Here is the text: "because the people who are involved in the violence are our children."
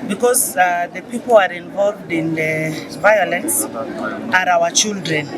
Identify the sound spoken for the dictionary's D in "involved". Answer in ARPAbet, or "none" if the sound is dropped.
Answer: D